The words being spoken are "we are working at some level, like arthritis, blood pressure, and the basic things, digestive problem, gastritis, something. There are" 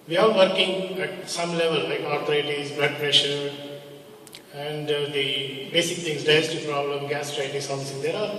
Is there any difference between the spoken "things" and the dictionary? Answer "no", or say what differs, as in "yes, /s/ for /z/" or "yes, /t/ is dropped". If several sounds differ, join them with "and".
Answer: yes, /t/ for /θ/